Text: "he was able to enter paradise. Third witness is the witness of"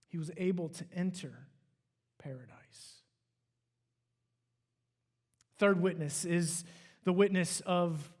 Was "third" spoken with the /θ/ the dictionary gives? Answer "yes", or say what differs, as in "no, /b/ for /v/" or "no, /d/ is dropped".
yes